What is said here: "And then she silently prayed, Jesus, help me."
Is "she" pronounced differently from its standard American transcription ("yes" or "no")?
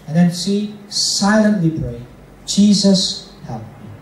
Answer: yes